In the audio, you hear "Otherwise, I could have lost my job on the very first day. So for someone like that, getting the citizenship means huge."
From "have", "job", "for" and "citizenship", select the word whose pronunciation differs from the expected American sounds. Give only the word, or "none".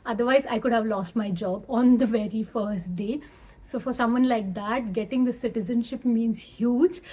none